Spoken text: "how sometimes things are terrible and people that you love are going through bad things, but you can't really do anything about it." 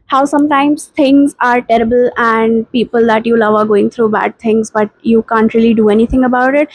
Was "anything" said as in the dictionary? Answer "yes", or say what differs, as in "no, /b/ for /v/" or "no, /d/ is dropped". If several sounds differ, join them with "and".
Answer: no, /t/ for /θ/